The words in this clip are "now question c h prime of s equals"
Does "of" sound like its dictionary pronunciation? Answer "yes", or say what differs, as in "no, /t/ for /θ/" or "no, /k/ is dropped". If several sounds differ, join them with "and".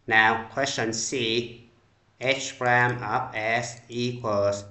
no, /p/ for /v/